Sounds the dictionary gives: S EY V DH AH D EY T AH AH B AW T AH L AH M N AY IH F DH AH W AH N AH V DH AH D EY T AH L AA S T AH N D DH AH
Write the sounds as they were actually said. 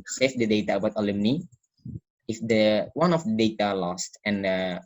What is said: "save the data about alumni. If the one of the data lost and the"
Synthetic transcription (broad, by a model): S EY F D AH D EY T AH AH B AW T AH L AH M N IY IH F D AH W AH N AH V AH D EY T AH L AA S T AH N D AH